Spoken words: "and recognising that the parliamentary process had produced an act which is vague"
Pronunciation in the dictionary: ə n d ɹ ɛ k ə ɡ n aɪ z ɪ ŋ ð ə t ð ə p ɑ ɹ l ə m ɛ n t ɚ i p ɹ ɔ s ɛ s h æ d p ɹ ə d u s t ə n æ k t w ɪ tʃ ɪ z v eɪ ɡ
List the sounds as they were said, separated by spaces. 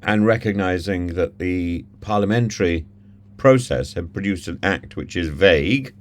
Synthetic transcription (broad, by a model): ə n ɹ ɛ k ə ɡ n aɪ z ɪ ŋ ð ə t ð ə p ɑ ɹ l ə m ɛ n t ɚ i p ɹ ɔ s ɛ s h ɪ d p ɹ ə d u s t ə n æ k t w ɪ tʃ ɪ z v eɪ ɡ